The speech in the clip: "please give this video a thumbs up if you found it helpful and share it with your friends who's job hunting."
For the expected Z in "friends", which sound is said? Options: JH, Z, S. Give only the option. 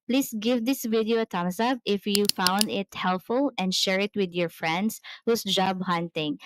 S